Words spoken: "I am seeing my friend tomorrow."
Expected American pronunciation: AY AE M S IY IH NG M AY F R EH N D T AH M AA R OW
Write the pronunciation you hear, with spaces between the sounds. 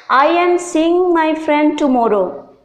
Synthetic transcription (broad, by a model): AY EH M S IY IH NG M AY F R EH N D T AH M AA R OW